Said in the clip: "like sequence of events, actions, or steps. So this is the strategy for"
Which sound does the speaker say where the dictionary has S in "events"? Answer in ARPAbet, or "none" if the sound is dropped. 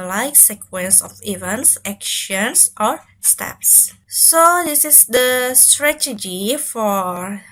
S